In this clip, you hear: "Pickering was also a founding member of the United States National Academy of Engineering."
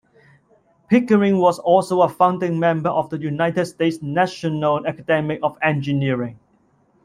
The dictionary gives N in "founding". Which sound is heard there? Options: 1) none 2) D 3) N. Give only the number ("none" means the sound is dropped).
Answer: 3